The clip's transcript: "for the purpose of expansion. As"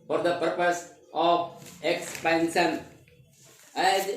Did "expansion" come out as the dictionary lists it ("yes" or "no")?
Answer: no